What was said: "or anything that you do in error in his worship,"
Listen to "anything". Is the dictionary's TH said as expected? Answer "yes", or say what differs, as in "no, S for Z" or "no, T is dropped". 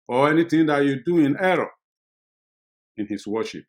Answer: no, T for TH